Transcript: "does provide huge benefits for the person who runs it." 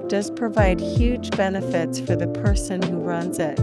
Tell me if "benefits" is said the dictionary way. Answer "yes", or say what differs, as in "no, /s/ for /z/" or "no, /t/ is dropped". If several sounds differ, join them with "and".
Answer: yes